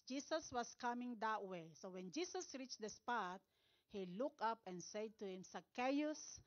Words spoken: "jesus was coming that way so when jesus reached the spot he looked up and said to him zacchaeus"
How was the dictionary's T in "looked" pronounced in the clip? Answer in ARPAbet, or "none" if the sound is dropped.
none